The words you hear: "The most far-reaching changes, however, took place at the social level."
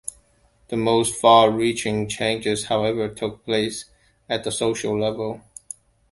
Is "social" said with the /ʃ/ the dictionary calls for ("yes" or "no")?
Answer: yes